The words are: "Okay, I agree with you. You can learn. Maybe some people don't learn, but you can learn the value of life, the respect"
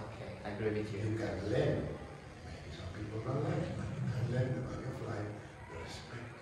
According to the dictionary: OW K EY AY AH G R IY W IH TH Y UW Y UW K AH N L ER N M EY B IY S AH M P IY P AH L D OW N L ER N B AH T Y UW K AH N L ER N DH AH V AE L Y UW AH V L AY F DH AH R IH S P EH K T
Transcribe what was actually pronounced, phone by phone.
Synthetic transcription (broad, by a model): OW K EY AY AH G R IY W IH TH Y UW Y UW K AH N L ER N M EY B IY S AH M P IY P AH L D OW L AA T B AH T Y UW K AH N L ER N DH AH B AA Y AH F L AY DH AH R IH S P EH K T